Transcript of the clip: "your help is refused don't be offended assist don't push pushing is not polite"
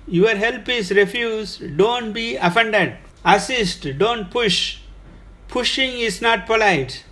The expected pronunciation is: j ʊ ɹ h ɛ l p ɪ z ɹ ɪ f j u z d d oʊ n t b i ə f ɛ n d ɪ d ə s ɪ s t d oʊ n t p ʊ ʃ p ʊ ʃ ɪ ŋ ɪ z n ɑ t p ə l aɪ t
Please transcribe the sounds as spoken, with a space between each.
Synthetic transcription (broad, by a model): j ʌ ɹ h ɛ l p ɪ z ɹ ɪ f j u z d d oʊ n t b i ə f ɛ n d ɪ d ə s ɪ s t d oʊ n t p ʊ ʃ p ʊ ʃ ɪ ŋ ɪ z n ɑ t p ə l aɪ t